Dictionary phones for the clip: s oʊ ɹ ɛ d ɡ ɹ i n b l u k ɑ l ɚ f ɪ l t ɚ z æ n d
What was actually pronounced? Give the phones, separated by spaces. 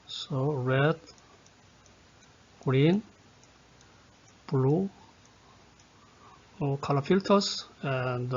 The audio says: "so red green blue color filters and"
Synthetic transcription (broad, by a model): s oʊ ɹ ɛ d ɡ ɹ i n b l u k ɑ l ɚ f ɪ l t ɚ s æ n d